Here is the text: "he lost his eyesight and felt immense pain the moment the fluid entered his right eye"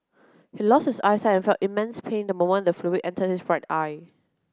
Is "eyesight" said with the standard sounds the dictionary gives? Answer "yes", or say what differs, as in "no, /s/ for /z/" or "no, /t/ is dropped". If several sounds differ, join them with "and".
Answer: no, /t/ is dropped